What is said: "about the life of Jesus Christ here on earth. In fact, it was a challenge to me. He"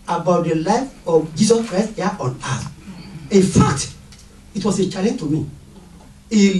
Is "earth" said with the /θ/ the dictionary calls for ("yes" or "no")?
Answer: no